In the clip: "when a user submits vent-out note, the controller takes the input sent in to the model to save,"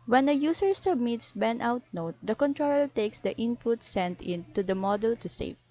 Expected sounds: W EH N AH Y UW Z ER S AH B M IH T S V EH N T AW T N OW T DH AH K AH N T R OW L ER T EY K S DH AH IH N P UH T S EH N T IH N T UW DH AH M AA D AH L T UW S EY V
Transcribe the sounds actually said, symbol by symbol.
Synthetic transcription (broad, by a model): W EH N AH Y UW S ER S AH B M IH T S B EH N T AW T N OW T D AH K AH N T R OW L T EY K S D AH IH N P UH T S EH N T IH N T UW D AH M AA D AH L T UW S EY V